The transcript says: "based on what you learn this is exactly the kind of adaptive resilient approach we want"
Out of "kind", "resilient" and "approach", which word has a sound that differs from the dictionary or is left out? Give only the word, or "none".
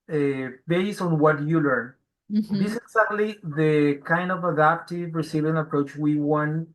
resilient